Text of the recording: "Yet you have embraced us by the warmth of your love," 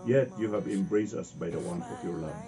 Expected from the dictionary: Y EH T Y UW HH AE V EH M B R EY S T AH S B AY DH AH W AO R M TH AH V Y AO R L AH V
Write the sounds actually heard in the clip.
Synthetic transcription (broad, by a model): Y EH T Y UW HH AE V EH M B R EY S AH S B AY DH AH W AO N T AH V Y AO R L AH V